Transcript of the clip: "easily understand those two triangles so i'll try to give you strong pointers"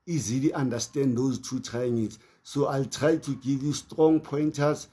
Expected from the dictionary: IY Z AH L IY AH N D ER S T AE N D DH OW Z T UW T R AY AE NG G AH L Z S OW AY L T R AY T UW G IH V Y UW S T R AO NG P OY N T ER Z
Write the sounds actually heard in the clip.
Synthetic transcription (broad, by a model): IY Z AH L IY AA N D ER S T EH N D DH OW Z T UW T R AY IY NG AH Z S OW AY L T R AY T UW G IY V Y UW S T R AO NG P OY N T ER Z